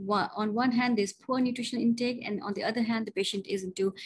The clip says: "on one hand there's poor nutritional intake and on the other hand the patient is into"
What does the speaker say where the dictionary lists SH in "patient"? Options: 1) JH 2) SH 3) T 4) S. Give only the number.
2